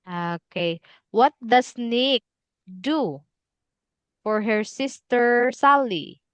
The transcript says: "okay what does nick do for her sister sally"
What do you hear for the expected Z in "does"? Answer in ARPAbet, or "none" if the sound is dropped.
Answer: S